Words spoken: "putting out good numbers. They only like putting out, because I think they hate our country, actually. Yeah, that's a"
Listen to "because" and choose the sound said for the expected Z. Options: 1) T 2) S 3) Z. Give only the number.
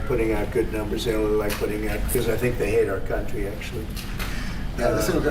3